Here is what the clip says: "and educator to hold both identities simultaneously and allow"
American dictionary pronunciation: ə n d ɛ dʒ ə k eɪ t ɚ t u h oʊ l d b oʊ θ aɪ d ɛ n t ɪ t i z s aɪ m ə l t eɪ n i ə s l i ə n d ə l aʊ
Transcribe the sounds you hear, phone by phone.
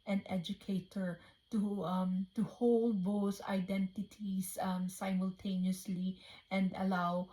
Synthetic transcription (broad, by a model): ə n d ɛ dʒ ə k eɪ t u t u h oʊ l d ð oʊ s aɪ d ɛ n t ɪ t i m s aɪ m ə l t eɪ n i ə s l i ə n d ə l aʊ